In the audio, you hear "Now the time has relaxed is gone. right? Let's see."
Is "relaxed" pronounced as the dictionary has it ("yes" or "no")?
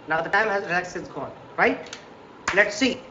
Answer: no